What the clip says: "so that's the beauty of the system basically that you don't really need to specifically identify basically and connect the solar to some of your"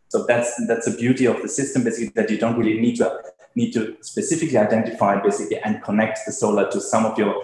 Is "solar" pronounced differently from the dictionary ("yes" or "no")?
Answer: no